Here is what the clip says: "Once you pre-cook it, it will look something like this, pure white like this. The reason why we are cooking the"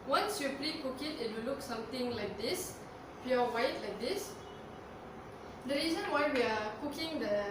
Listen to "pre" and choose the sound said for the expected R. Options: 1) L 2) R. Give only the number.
1